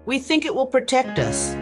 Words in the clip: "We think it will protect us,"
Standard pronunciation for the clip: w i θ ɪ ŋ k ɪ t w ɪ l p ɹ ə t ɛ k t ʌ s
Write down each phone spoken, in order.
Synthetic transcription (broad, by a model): w i θ ɪ ŋ k ɪ t w ɪ l p ɹ ə t ɛ k t ʌ s